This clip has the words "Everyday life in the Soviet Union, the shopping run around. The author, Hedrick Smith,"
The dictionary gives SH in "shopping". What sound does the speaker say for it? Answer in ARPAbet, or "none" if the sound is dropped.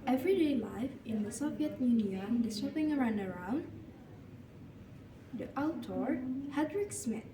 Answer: S